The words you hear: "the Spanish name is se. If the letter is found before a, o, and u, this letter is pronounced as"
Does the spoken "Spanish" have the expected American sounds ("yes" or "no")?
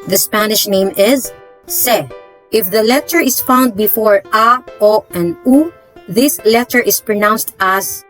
yes